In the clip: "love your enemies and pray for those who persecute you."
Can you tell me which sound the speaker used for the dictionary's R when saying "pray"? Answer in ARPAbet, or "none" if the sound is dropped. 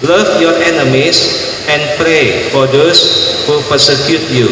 R